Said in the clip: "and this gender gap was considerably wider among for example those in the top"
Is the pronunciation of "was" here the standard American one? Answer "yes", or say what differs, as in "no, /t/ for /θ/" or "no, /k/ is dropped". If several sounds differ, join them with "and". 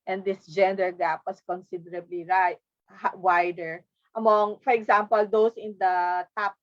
no, /s/ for /z/